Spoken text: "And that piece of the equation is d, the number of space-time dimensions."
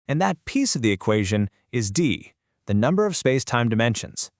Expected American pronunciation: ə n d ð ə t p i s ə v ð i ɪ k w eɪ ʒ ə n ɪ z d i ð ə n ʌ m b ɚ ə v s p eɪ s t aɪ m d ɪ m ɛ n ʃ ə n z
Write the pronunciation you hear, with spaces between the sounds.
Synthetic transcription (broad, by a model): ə n ð ə t p i s ə v ð i ɪ k w eɪ ʒ ə n ɪ z d i ð ə n ʌ m b ɚ ə v s p eɪ s t aɪ m d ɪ m ɛ n ʃ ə n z